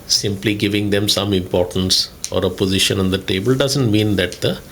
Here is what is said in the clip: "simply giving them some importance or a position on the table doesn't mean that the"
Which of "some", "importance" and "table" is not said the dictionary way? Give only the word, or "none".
none